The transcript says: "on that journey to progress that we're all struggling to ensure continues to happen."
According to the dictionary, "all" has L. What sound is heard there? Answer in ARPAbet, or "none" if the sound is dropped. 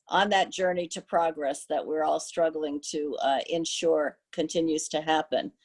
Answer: L